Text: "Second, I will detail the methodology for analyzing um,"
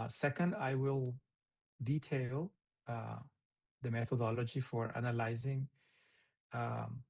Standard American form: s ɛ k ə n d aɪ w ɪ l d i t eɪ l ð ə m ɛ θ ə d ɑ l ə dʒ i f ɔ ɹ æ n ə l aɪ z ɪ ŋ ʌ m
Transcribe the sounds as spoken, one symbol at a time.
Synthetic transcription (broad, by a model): s ɛ k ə n d aɪ w ɪ l d i t eɪ l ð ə m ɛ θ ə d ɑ l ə dʒ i f ɔ ɹ æ n ə l aɪ z ɪ ŋ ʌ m